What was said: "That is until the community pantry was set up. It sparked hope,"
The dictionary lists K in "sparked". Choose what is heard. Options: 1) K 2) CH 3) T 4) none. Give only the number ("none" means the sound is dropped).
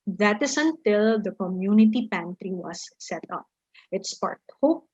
4